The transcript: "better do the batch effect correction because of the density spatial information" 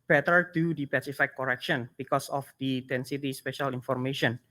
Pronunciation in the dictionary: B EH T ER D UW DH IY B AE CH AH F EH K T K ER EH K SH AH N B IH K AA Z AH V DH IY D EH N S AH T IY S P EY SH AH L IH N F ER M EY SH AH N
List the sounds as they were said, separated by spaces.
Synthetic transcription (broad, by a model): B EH T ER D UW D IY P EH S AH F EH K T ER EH K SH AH N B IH K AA S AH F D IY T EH N S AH T IY S P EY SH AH L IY N F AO M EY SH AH N